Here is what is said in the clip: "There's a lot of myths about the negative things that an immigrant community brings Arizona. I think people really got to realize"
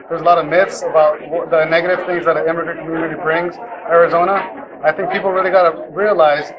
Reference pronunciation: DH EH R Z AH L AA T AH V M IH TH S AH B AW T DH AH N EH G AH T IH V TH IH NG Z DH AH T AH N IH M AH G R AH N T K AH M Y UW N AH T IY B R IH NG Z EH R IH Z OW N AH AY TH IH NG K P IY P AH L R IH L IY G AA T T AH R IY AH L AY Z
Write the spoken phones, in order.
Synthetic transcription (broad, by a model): DH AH R Z AH L AA T AH V M IH TH S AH B AW T DH AH N EH G AH T IH V TH IH NG Z DH AH T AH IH M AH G R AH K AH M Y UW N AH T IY B R IH NG Z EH R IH Z OW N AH AY TH IH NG K P IY P L R IH L IY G AA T T AH R IY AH L AY Z